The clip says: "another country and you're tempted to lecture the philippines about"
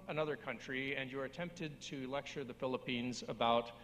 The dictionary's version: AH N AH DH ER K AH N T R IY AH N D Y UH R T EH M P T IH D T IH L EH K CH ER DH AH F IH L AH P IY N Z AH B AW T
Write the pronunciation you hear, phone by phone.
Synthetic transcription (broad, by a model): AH N AH DH ER K AH N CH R IY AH N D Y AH R T EH M P T IH D T IH L EH K CH ER DH AH F IH L AH P IY N Z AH B AW T